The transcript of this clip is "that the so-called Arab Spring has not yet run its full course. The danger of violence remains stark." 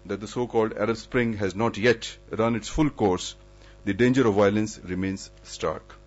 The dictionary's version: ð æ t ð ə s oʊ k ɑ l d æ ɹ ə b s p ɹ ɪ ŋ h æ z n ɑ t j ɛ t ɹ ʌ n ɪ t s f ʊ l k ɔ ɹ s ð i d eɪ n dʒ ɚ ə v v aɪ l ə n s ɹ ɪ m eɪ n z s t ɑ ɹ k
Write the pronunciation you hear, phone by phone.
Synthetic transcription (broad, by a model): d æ t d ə s oʊ k ɑ l d æ ɹ ə b s p ɹ ɪ ŋ h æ z n ɑ t j ɛ t ɹ ʌ n ɪ t s f ʊ l k ɔ ɹ s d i d eɪ n dʒ ɚ ə v v aɪ l ə n s ɹ ɪ m eɪ n z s t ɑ ɹ k